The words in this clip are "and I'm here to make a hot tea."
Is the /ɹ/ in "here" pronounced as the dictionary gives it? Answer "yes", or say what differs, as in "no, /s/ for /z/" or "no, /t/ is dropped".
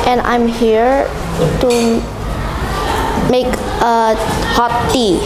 yes